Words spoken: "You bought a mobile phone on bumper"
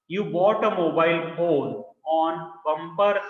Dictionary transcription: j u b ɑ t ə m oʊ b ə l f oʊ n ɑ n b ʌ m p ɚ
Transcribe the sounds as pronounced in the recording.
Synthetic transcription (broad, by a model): j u b ɑ t ə m oʊ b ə l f oʊ l ɑ n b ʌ m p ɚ